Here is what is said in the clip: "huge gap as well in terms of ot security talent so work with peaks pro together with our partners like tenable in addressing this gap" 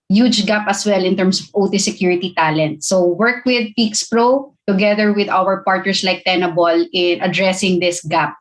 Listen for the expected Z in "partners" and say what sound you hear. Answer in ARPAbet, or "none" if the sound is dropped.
S